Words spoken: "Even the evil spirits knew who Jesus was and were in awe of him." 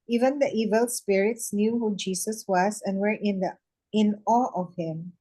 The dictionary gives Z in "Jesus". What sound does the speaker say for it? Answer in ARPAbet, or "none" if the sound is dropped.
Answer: S